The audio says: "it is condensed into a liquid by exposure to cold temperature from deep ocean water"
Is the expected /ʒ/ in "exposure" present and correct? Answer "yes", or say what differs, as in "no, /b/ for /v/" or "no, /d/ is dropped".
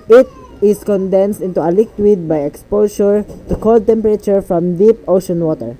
no, /ʃ/ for /ʒ/